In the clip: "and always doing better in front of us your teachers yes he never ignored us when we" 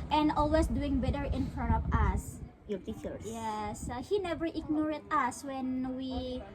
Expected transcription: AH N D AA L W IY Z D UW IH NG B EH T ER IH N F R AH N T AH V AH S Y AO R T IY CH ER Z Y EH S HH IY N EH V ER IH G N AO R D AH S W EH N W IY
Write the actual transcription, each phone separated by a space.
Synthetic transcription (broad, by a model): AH N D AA L W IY S D UW IH NG B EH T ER IH N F R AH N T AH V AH S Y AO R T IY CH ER S Y EH S HH IY N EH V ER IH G N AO R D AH S W EH N W IY